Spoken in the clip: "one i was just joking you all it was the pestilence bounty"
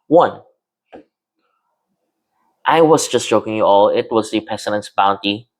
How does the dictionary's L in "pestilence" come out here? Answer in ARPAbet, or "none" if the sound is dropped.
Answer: N